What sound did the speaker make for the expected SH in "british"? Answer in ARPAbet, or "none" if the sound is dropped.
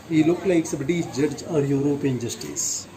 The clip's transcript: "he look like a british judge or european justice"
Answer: S